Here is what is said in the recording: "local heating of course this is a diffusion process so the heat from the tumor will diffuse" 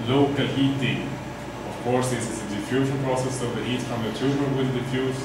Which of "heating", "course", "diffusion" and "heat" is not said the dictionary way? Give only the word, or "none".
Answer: diffusion